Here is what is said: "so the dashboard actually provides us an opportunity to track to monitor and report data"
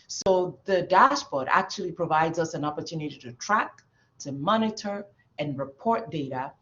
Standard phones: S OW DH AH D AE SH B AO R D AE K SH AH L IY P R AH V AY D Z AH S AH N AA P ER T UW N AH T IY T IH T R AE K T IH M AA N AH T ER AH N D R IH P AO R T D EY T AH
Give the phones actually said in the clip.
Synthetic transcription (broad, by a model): S OW DH AH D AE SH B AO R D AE K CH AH L IY P R AH V AY D Z AH S AH N AA P ER T UW N AH T IY T IH T R AE K T IH M AA N AH T ER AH N R IH P AO R T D EY T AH